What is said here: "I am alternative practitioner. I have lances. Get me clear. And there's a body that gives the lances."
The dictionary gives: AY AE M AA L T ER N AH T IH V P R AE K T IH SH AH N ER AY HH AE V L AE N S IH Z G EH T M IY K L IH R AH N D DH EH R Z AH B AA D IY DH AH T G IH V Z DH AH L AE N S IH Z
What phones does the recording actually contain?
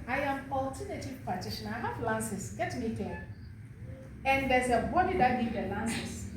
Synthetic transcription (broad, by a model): AY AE M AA L T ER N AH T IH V P AE T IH SH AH N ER AY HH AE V L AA N S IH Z G EH T M IY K EH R AH N D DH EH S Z AH B AA D IY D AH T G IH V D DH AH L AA N S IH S